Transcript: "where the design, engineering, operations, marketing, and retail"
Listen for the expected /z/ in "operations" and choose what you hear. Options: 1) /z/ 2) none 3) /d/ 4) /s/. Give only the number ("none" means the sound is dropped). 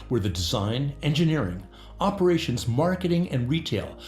1